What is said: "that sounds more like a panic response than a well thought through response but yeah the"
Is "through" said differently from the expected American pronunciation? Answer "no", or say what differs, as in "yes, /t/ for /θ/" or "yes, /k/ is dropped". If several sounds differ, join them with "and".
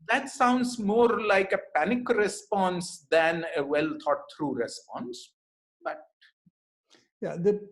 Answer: yes, /t/ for /θ/